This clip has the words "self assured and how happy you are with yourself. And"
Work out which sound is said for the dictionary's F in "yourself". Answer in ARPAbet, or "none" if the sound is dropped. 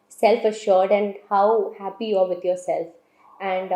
F